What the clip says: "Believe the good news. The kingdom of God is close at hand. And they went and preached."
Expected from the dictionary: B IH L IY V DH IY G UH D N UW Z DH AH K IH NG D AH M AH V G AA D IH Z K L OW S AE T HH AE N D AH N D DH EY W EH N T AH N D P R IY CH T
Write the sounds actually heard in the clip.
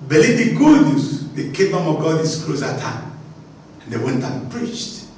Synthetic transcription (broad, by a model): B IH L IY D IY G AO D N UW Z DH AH K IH D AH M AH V G AA D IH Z K L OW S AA T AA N AH N D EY W EH N T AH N P R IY CH T